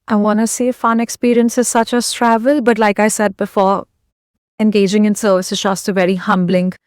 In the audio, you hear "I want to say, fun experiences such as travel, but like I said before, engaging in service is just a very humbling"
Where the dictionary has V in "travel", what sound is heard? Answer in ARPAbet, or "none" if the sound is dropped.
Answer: V